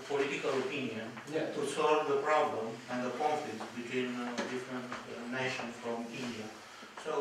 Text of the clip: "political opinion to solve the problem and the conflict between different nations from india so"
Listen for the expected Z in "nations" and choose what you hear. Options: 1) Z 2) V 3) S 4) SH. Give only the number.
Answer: 3